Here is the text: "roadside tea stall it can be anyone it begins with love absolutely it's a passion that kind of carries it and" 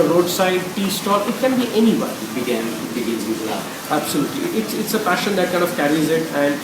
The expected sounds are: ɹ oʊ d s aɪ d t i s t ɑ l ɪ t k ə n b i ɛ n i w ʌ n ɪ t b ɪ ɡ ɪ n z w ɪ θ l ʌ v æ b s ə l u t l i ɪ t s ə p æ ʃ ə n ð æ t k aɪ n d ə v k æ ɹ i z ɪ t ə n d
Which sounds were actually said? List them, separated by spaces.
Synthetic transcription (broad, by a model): ɹ oʊ d s aɪ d t i s t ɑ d ɪ t k ə n b i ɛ n i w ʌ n ɪ t b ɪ ɡ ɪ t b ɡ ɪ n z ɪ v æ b s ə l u t l i ɪ t s ə p æ ʃ ə n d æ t k aɪ n d ə v k æ ɹ i z ɪ t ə n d